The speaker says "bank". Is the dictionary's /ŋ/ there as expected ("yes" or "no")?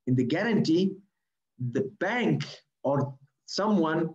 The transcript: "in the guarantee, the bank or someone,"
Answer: yes